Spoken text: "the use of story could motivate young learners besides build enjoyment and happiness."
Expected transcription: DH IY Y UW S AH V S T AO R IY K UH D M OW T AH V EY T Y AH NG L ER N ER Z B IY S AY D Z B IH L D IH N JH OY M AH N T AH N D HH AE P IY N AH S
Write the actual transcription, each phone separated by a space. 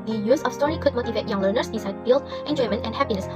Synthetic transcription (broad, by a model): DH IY Y UW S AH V S T AO R IY K UH D M OW T AH V EY T Y AH NG L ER N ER S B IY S AY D B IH L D IH N JH OY M AH N T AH N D HH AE P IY N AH S